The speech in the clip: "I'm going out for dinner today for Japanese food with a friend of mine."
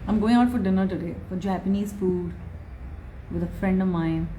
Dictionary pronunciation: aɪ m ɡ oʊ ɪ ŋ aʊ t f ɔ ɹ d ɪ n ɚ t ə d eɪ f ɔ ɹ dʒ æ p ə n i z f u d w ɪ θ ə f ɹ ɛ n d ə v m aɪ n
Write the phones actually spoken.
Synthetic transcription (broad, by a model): aɪ m ɡ oʊ ɪ ŋ aʊ t f ɔ ɹ d ɪ n ɚ t ə d eɪ f ɔ ɹ dʒ æ p ə n i z f u d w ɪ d ə f ɹ ɛ n d ə v m aɪ n